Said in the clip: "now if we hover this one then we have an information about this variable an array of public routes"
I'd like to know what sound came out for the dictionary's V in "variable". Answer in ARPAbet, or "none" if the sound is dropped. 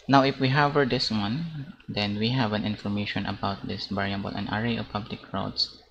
B